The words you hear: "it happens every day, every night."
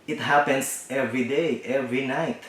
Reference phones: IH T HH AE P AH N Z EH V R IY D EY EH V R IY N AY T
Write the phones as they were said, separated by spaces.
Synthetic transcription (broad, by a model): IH T HH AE P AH N S EH V R IY D EY EH V R IY N AY T